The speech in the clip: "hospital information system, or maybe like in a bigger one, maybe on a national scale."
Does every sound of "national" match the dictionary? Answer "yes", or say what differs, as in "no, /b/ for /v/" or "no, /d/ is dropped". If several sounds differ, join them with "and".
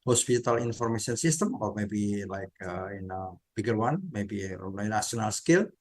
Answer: no, /ʃ/ is dropped